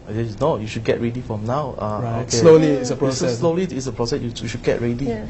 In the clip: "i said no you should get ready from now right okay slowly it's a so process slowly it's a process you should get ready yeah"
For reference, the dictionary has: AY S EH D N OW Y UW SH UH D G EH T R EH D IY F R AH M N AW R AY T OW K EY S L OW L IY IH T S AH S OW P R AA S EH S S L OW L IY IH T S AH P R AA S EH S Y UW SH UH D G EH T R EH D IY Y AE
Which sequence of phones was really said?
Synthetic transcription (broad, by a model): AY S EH N OW Y UW SH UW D G EH T R EH D IY F R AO M N AW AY OW K EY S L OW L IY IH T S AH S OW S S S L OW L IY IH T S AH P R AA S EH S Y UW SH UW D G EH T R EH D IY